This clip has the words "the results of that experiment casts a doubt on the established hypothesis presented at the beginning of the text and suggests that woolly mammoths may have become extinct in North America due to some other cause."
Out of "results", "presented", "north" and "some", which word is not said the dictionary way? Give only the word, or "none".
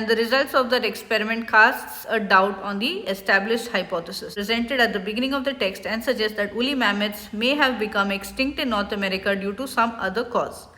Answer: north